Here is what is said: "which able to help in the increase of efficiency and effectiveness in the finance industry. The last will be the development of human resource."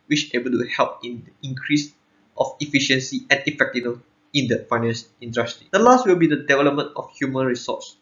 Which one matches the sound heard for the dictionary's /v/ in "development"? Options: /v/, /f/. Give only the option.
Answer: /v/